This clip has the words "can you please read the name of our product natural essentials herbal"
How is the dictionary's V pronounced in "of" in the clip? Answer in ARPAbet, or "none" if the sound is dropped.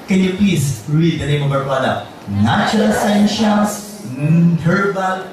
B